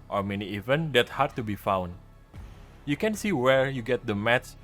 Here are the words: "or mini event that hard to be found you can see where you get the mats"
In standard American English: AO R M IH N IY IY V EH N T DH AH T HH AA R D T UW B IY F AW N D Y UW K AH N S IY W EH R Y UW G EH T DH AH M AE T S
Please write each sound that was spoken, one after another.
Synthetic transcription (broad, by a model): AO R M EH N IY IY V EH N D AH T HH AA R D T UW B IY F AW N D Y UW K AH N S IY W EH R Y UW G EH T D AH M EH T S